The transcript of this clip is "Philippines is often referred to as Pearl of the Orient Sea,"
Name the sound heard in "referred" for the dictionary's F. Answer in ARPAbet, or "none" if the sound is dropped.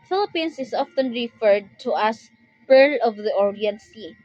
F